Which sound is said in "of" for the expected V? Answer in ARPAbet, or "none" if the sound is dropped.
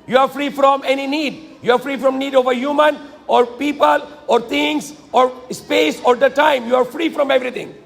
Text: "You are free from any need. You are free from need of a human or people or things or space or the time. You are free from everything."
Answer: V